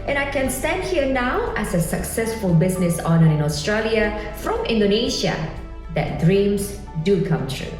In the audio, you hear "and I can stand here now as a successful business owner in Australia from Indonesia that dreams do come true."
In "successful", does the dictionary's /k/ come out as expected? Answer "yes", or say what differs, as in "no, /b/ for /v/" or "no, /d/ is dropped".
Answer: yes